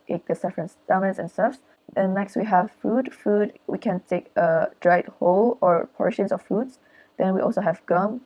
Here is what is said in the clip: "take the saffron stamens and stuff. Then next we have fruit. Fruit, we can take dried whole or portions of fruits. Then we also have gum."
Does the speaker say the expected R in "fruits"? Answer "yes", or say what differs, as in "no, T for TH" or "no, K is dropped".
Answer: no, R is dropped